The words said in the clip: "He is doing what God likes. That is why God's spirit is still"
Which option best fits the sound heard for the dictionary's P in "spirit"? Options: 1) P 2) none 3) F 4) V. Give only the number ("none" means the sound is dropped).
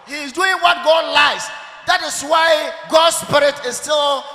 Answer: 1